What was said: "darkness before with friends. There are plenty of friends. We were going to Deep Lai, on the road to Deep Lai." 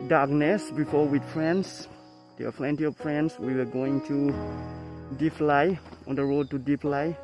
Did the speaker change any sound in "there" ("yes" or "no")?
yes